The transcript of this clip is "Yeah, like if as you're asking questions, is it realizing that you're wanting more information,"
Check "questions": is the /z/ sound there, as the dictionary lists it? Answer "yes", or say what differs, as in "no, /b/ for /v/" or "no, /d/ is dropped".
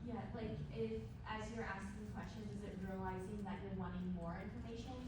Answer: yes